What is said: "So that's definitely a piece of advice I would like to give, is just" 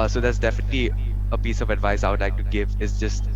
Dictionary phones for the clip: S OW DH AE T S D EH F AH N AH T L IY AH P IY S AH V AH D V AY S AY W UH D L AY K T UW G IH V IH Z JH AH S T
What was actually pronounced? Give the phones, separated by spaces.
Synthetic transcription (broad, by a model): S OW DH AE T S D EH F AH N AH T L IY AH P IY S AH V AH D V AY S AY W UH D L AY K T UW G IH V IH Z JH AH S T